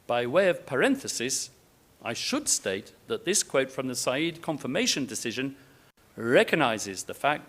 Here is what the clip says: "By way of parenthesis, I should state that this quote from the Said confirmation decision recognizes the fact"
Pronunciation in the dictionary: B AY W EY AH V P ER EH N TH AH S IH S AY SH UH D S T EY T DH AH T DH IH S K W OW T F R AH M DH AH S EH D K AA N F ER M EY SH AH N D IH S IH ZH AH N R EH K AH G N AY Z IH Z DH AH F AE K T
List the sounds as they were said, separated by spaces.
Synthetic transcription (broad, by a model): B AY W EY AH V P ER EH N TH AH S IH S AY SH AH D S T EY T DH AH T DH IH S K W OW T F R AH M DH AH S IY D K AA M F ER M EY SH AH N D IH S IH ZH AH N R EH K AH G N AY Z IH Z DH AH F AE K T